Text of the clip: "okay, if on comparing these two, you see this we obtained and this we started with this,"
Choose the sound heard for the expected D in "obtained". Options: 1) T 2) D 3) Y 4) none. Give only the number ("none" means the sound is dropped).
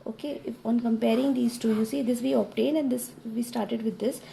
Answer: 4